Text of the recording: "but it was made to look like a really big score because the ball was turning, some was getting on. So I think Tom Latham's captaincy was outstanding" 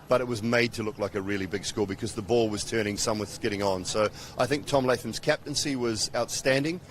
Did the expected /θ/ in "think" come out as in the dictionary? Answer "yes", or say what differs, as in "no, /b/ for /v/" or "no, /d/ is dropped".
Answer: yes